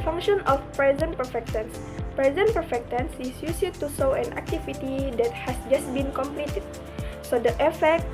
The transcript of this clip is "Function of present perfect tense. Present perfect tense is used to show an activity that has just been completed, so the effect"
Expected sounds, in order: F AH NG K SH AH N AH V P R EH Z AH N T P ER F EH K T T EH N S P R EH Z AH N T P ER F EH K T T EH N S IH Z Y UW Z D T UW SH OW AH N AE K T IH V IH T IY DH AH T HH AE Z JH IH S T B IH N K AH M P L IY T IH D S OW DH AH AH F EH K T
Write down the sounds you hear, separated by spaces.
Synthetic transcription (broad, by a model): F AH NG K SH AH N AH F P R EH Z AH N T P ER F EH K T T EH N S P R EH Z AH N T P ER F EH K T T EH N S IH S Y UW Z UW T UW S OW AH N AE K T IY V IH T IY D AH T HH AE S JH IH S T B IH N K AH M P L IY T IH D S OW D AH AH F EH K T